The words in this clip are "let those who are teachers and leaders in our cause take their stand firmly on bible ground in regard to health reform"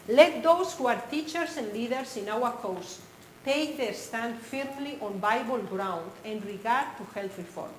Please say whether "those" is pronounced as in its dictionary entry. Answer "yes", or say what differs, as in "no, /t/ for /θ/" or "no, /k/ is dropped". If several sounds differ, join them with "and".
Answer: no, /s/ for /z/